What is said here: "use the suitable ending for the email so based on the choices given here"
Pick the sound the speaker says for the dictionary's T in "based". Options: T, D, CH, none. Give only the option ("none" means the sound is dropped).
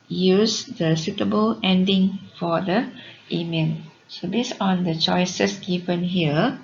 none